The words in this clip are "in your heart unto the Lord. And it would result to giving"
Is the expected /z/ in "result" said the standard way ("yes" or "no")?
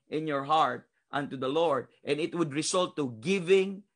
no